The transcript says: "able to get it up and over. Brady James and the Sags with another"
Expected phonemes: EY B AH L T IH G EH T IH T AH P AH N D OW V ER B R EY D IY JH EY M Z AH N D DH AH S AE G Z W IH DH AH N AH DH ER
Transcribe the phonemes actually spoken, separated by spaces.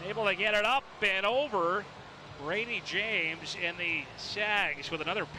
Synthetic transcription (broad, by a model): EY B L T IH G EH T IH T AH P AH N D OW V ER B R EY D IY JH EY M Z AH N DH AH S AE G Z W IH DH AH N AH DH ER